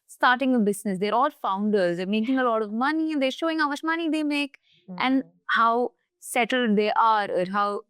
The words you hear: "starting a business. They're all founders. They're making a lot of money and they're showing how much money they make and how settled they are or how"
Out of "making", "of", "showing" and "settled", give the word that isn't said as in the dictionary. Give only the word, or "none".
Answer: none